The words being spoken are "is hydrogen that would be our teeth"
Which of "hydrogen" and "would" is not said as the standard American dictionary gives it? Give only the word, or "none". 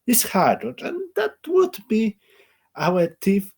hydrogen